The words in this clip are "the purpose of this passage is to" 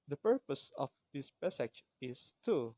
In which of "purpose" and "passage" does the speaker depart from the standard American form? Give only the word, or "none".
passage